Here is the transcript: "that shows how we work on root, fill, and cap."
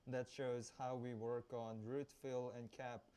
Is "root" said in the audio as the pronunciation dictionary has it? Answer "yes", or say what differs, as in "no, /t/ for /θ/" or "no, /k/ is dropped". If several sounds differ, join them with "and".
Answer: yes